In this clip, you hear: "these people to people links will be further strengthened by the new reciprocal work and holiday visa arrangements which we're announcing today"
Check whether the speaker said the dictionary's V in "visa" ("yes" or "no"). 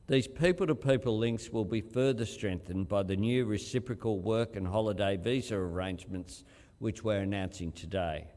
yes